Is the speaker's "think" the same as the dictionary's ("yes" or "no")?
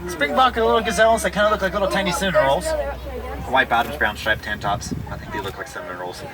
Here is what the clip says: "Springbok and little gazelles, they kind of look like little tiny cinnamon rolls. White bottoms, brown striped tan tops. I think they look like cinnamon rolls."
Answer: yes